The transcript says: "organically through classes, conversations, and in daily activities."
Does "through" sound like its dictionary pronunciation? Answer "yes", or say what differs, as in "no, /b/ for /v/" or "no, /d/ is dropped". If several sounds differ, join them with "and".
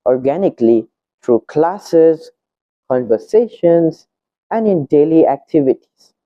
no, /t/ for /θ/